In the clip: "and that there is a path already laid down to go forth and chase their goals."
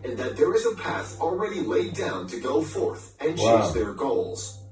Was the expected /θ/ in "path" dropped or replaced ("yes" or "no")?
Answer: no